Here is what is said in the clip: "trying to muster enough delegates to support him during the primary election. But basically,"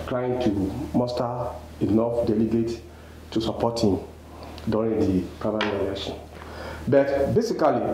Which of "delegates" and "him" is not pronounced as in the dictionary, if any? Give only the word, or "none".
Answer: delegates